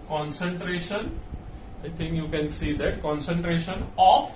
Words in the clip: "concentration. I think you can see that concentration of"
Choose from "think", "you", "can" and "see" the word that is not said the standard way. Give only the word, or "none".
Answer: think